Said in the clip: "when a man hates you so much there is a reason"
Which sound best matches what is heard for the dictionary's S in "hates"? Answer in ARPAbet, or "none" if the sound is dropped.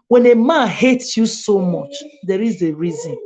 S